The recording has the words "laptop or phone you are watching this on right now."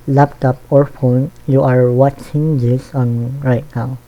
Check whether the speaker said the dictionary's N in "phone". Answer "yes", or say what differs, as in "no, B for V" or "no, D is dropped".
yes